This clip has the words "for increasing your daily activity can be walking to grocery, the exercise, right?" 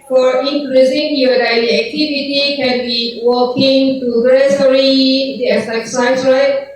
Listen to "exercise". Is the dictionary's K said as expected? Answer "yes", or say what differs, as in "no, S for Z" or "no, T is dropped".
no, K is dropped